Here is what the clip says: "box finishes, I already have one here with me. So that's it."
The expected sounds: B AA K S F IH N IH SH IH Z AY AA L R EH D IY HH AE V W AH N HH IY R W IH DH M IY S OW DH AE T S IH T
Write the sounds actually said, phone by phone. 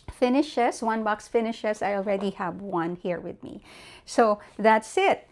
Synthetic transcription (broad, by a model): B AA K S F IH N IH SH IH S AY AA L R EH D IY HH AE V W AH N HH IY R W IH DH M IY S OW DH AE T S IH T